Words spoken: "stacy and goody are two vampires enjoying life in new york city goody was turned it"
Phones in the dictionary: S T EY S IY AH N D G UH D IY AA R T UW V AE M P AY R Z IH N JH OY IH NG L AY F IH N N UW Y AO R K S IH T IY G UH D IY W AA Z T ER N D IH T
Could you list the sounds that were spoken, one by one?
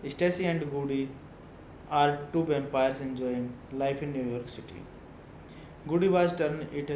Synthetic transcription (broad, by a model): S T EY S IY AH N D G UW D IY AA R T UW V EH M P AY R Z IH N JH OY IH NG L AY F IH N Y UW Y AO R K S IH T IY G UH D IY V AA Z T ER N IH T